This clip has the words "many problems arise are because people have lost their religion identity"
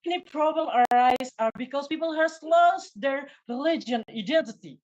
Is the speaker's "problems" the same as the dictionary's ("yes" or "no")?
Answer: no